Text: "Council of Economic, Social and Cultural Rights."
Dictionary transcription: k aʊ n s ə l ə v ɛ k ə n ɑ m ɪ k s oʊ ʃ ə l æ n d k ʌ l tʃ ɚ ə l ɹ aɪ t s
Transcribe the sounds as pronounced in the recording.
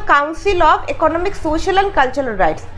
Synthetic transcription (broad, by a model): k aʊ n s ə l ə b ɛ k ə n ɑ m ɪ k s oʊ ʃ ə l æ n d k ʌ l tʃ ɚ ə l ɹ aɪ t s